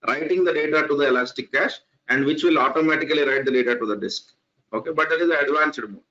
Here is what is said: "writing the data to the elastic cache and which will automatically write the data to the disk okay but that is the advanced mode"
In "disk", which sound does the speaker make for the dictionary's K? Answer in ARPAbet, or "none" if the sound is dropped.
K